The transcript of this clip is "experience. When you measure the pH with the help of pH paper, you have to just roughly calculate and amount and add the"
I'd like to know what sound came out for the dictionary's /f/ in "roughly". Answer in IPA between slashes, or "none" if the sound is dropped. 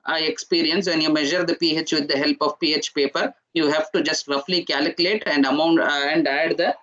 /f/